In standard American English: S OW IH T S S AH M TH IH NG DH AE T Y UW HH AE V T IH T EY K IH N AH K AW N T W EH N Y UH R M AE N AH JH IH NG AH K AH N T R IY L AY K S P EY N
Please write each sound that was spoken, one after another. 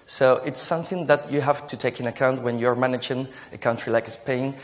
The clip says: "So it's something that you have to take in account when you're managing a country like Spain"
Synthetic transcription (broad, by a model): S OW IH T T S AH M TH IH NG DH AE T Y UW HH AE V T IH T EY K IH N AH K AW N T W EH N Y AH R M AE N AH JH IH NG AH K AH N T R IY L AY K S P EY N